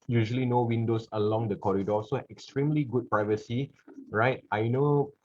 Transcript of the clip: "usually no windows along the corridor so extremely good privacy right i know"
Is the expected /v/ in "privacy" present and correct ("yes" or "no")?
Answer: yes